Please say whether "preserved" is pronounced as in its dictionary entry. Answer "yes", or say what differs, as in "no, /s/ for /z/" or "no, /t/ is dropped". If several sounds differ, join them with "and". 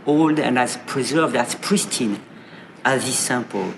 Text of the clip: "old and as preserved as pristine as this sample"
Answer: yes